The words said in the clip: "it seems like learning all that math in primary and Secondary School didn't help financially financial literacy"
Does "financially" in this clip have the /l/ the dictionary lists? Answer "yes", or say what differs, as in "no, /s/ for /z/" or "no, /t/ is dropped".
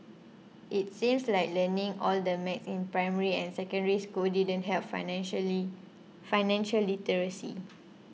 no, /l/ is dropped